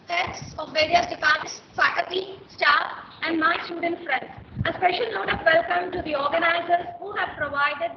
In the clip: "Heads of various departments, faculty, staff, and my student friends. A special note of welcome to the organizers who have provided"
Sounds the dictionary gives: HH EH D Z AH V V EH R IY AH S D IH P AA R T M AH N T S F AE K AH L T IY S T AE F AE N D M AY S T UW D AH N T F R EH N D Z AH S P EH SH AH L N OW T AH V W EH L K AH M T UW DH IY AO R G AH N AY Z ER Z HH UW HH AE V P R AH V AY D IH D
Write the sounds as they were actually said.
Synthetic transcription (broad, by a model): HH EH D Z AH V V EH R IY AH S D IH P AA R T AH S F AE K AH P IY S T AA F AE N D M AY S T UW D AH N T F R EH N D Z AH S P EH SH AH L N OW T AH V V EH L K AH M T UW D IY AO R G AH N AY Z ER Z HH UW HH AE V P R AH V AY D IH D